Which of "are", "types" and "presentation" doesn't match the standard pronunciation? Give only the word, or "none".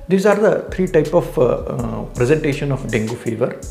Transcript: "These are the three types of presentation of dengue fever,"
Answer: types